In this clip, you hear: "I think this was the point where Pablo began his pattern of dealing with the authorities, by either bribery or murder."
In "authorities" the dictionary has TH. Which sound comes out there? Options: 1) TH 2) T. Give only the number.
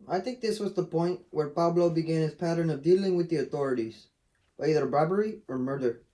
1